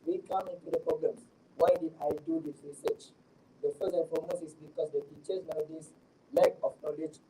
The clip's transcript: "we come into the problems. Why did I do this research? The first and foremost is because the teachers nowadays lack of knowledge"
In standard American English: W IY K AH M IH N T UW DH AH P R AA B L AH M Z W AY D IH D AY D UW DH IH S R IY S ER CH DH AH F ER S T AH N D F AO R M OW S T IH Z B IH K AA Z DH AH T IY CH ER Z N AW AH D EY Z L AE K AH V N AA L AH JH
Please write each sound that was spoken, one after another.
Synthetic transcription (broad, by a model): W IY K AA M IH N T UW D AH P R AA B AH M S W AY D IH D AY D UW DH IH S R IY S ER CH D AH F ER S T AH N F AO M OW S IH S B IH K AA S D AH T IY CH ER S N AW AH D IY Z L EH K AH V N AA L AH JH